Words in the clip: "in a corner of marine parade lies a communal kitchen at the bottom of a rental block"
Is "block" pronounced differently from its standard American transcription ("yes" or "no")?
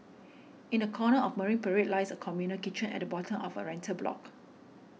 no